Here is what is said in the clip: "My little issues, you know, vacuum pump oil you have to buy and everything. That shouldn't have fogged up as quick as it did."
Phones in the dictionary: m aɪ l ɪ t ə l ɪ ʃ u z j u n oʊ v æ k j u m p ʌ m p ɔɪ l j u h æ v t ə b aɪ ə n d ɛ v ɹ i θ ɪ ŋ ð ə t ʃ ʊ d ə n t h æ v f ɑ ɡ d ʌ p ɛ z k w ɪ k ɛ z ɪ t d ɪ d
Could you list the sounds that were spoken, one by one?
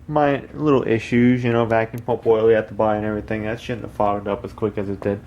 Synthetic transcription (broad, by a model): m aɪ l ɪ t l ɪ ʃ u z j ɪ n oʊ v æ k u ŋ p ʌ p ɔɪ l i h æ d t ə b aɪ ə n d ɛ v ɹ i θ ɪ ŋ ð ə t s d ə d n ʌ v f ɑ ɡ d ʌ p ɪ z k w ɪ k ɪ z ɪ t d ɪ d